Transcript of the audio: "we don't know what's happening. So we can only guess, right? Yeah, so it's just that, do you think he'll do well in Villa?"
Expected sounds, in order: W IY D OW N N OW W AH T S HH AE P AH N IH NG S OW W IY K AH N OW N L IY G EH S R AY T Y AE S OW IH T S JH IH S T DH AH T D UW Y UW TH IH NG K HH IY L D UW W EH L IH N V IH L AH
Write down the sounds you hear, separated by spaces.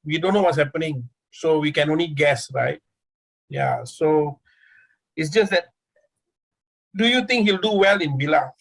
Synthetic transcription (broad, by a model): W IY D OW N N OW W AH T S HH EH P AH N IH NG S OW W IY K AH N OW N L IY G EH S R AY T Y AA S OW IH T S JH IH S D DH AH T D UW Y UW T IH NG K HH IY L D UW W EH L IH N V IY L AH